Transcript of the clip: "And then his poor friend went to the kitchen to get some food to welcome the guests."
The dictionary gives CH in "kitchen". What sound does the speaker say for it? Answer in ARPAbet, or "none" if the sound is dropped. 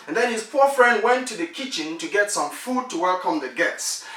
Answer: CH